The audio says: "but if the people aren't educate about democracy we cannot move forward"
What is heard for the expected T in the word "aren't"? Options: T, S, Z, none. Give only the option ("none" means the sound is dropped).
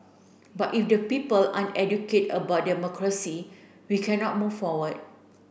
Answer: none